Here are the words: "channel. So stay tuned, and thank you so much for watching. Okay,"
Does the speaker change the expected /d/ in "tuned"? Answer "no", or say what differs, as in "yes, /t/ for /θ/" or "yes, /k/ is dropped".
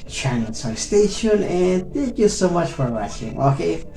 yes, /d/ is dropped